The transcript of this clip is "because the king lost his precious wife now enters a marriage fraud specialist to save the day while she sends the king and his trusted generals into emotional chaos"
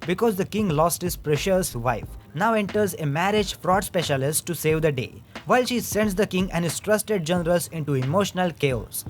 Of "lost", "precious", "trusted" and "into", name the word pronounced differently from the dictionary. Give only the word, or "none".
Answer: none